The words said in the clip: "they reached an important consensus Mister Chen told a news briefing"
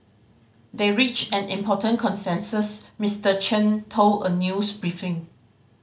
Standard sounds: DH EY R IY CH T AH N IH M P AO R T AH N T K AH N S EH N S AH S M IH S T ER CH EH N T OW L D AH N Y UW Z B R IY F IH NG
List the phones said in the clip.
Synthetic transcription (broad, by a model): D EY R IY CH AH N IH M P AO T AH N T K AH N S EH N S AH S M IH S T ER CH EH N T OW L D AH N Y UW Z B R IY F IH NG